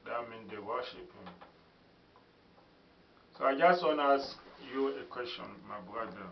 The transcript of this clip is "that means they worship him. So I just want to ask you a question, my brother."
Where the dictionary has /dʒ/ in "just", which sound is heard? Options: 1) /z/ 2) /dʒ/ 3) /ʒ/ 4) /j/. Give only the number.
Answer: 2